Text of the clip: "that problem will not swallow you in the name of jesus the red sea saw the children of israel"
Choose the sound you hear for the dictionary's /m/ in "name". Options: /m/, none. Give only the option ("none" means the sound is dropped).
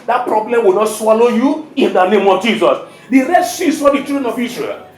/m/